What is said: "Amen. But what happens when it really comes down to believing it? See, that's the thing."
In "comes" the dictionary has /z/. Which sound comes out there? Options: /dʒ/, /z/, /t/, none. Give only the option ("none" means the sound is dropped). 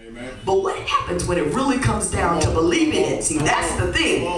/z/